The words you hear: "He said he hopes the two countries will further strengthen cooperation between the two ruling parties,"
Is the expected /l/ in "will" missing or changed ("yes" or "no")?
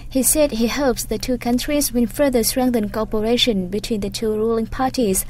yes